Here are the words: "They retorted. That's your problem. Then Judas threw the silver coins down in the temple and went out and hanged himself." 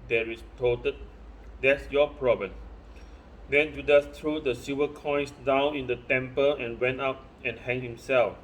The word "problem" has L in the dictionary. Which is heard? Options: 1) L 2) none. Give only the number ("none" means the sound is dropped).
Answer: 2